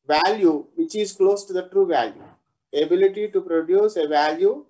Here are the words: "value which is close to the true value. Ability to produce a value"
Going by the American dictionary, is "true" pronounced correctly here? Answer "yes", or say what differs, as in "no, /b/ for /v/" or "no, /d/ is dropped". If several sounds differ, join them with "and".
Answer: yes